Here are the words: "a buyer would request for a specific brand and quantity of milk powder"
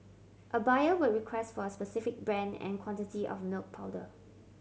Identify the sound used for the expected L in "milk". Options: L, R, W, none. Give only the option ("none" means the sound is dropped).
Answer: L